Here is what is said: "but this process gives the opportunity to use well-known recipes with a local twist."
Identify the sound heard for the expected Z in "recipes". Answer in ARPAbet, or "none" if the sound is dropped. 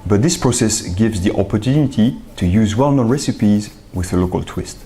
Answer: Z